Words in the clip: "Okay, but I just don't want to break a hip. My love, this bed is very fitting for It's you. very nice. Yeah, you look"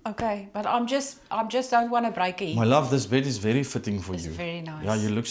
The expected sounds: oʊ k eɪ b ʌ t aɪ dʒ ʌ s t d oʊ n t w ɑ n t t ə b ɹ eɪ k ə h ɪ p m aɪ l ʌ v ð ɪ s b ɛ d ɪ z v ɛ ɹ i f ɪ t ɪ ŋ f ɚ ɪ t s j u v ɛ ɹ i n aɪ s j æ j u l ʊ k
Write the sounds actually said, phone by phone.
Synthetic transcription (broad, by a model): oʊ k eɪ b ʌ t aɪ dʒ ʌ s t d oʊ n t w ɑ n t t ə b ɹ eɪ ə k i m aɪ l ʌ v ð ɪ s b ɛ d ɪ z v ɛ ɹ i f ɪ t ɪ ŋ f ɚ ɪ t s j u v ɛ ɹ i n aɪ j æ j u l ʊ k